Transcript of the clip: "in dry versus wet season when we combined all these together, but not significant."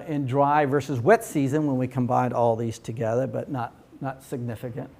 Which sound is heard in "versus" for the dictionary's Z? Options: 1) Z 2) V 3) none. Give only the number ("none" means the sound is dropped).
1